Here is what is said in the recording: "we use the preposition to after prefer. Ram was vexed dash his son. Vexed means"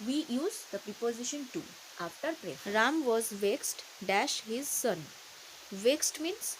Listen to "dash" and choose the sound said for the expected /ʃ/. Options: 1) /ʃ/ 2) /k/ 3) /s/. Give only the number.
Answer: 1